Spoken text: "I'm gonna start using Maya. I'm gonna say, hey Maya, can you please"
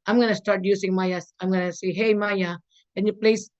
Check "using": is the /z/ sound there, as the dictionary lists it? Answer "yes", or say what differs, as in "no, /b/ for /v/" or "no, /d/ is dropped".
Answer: no, /s/ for /z/